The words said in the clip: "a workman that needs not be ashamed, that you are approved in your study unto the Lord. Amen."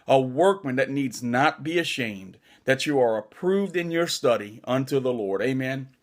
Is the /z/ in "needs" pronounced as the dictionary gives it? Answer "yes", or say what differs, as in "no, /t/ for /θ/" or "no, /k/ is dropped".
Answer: yes